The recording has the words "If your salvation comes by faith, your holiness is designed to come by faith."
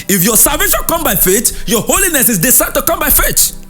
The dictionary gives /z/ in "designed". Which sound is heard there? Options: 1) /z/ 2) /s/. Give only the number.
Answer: 2